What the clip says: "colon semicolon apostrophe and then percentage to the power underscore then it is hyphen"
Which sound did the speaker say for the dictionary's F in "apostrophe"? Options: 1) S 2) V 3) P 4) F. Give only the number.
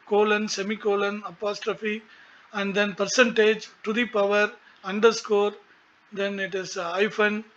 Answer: 4